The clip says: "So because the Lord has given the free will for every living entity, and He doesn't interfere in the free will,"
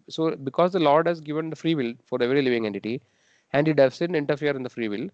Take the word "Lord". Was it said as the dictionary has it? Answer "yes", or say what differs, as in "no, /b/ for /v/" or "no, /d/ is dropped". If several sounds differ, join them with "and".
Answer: yes